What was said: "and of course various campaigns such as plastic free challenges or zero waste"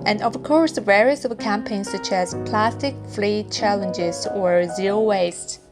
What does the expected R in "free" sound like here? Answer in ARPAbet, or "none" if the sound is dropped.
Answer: L